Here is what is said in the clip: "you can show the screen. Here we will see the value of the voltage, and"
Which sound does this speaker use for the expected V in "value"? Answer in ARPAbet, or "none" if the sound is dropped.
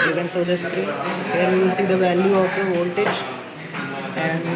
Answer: V